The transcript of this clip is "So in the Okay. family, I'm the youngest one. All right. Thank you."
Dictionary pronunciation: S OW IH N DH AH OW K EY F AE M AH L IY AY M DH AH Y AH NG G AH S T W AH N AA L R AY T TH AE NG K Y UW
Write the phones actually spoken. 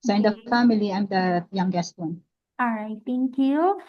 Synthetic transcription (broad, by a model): S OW IH N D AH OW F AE M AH L IY AY M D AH Y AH NG G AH S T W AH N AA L R AY T T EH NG K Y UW